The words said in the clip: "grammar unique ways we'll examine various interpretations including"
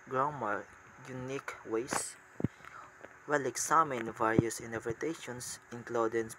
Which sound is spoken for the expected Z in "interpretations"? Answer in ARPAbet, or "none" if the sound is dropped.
S